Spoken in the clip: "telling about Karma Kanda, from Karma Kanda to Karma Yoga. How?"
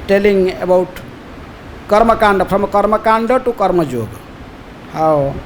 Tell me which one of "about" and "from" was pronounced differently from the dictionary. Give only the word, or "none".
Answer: from